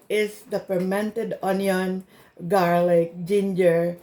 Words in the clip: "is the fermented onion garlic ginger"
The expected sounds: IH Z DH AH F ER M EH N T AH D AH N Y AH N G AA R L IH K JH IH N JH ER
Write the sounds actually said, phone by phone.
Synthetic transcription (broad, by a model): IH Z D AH P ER M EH N T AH D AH N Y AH N G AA R L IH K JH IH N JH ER